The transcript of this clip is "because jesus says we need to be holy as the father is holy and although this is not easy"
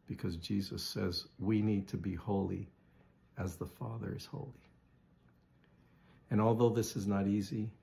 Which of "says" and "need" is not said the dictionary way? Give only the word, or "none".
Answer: none